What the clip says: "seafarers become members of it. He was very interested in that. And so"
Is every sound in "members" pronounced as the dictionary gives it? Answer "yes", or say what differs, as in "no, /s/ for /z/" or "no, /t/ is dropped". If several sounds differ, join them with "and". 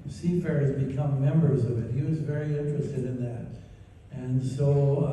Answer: yes